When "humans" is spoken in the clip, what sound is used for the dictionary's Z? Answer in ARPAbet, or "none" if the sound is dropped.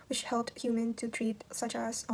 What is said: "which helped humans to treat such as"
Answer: none